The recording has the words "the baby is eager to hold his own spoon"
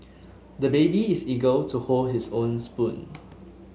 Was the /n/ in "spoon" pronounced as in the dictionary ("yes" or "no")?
yes